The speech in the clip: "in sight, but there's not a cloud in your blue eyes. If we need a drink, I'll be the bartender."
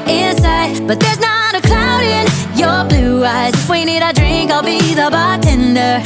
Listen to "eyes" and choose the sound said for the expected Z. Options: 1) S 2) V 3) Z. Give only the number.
3